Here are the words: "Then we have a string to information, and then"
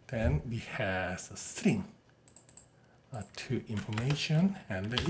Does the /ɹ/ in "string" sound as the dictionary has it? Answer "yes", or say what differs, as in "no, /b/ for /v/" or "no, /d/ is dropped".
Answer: yes